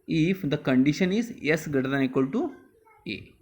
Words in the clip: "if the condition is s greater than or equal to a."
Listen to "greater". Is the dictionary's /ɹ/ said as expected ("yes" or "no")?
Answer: no